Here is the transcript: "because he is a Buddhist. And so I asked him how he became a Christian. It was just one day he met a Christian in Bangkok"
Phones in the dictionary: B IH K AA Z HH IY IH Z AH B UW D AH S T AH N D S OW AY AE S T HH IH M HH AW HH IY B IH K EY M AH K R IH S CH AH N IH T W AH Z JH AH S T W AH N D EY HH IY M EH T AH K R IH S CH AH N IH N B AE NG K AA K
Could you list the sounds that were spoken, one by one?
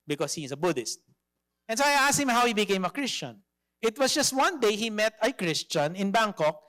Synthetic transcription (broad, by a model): B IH K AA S HH IY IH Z AH B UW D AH S T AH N S OW AY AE S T HH IH M HH AW HH IY B IH K EY M AH K R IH S CH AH N IH T W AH S JH AH S T W AH N D EY HH IY M EH T AH K R IH S CH AH N IH N B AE NG K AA K